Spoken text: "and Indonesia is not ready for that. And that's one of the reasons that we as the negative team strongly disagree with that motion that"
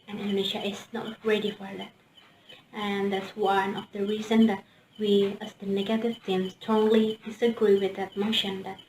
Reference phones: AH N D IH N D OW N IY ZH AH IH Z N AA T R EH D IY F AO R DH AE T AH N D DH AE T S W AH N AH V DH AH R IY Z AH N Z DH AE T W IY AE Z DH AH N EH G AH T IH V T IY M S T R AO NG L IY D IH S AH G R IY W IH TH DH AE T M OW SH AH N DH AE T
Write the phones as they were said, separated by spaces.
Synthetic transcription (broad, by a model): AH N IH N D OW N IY SH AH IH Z N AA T R EH D IY F AO R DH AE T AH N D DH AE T S W AH N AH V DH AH R IY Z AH N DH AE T W IY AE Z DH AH N EH G AH T IH V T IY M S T AO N L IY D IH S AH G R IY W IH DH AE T M OW SH AH N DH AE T